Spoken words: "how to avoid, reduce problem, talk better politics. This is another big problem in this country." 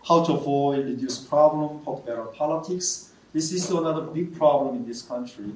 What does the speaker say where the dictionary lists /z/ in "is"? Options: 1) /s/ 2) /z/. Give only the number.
1